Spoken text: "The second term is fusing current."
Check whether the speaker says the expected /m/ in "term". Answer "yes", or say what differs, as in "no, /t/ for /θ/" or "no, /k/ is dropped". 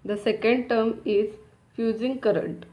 yes